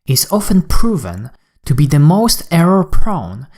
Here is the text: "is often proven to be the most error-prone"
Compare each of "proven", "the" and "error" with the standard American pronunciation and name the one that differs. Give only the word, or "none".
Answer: none